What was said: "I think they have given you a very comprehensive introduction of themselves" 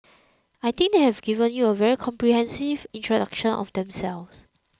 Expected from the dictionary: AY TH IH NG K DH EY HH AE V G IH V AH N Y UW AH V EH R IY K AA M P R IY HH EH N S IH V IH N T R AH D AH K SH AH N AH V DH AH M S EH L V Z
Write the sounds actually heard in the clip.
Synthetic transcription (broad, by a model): AY T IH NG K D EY HH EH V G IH V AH N Y UW AH V EH R IY K AA M P R IY HH EH N S IH V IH N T R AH D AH K SH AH N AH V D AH M S EH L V S